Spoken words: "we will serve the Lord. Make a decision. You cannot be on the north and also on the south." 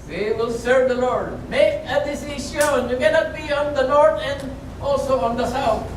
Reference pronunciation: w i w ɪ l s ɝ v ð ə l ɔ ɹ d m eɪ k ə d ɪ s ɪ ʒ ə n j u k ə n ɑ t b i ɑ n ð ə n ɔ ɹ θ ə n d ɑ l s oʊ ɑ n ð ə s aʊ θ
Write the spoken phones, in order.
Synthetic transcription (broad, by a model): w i w ɪ l s ɝ v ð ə l ɔ ɹ d m eɪ k ə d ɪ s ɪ s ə n j u k ə n ɑ t b i ɑ n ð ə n ɔ ɹ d ə n d ɑ l s oʊ ɑ n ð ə s aʊ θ